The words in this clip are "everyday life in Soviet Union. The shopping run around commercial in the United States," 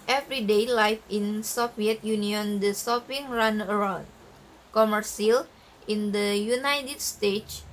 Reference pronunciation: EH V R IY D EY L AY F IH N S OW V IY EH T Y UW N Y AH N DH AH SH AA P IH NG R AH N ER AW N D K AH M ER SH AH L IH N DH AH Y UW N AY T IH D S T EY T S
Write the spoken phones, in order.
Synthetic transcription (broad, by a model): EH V R IY D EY L AY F IH N S OW F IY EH T Y UW N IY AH N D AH S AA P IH NG R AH N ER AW N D K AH M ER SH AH L IH N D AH Y UW N AY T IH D S T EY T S